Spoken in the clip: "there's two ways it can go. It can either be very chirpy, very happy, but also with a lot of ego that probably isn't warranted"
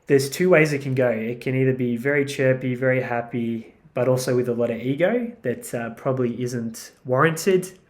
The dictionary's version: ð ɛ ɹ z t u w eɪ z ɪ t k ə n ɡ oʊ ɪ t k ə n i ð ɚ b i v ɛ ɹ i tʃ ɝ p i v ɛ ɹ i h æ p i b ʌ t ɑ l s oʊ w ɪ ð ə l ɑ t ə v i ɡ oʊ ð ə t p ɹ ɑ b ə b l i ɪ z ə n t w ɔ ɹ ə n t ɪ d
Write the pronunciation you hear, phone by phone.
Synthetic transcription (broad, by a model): ð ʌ ɹ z t u w eɪ z ɪ t k ə n ɡ oʊ ɪ t k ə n i ð ɚ b i v ɛ ɹ i tʃ ɝ p i v ɛ ɹ i h æ p i b ʌ t ɑ l s oʊ w ɪ ð ə l ɑ t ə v i ɡ oʊ ð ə t p ɹ ɑ b ə b l i ɪ z ə n t w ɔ ɹ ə n t ɪ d